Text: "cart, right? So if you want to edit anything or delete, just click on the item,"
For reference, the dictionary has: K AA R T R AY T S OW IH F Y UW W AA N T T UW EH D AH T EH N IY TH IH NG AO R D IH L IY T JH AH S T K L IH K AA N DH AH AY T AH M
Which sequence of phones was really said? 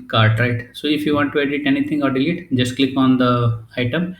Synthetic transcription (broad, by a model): K AA R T R AY T S OW IH F Y UW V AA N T T UW EH D AH T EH N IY T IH NG AO R D IH L IY T JH AH S T K L IH K AA N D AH AY T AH M